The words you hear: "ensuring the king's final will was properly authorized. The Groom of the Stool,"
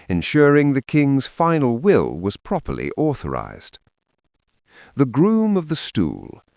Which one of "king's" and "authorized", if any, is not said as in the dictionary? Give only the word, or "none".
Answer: none